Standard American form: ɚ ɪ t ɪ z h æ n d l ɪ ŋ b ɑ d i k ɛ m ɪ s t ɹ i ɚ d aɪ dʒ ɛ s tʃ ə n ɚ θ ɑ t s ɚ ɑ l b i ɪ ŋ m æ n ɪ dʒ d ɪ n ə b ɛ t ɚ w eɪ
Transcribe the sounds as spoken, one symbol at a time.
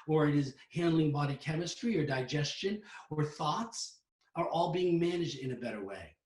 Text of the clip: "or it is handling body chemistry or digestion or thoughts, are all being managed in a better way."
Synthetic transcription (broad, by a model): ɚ ɪ t ɪ z h æ n d l ɪ ŋ b ɑ d i k ɛ m ɪ s t ɹ i ɚ d aɪ dʒ ɛ s tʃ ə n ɚ θ ɑ t s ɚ ɑ l b i ɪ ŋ m æ n ɪ dʒ d ɪ n ə b ɛ t ɚ w eɪ